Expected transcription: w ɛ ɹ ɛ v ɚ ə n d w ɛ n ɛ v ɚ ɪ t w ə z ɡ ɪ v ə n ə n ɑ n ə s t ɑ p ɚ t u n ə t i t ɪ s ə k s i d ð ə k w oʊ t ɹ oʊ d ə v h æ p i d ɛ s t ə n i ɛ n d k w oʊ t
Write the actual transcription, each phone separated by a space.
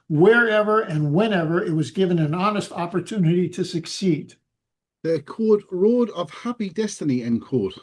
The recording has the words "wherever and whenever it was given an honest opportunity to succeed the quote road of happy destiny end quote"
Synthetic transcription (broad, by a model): w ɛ ɹ ɛ v ɚ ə n w ɛ n ɛ v ɚ ɪ t w ə z ɡ ɪ v ə n ə n ɑ n ə s t ɑ p ɚ t u n ə t i t ɪ s ə k s i d ð ə k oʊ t ɹ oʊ d ə v h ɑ p i d ɛ s t ə n i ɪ n k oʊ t